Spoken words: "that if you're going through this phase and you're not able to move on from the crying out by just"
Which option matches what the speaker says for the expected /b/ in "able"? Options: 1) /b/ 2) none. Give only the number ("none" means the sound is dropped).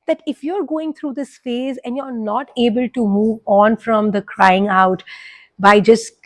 1